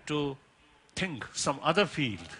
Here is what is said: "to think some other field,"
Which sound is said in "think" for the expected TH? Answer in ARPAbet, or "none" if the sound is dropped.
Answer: T